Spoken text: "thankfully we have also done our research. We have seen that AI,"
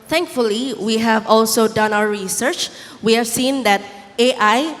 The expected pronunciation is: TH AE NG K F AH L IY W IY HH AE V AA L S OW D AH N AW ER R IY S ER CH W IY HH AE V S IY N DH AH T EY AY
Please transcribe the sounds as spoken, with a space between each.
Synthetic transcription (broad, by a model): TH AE NG K F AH L IY W IY HH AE V AA L S OW D AH N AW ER R IY S ER CH W IY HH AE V S IY N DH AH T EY AY